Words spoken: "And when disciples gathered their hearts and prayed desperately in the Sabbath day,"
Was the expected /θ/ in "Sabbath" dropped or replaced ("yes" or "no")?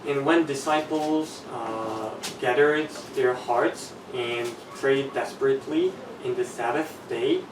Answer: no